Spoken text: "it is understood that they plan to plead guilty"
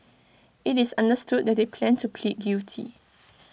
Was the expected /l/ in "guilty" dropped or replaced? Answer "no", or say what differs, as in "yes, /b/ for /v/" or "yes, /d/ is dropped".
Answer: yes, /l/ is dropped